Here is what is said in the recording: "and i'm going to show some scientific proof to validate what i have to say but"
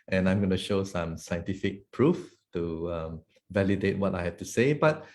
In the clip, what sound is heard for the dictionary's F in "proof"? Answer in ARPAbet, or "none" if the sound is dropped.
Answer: F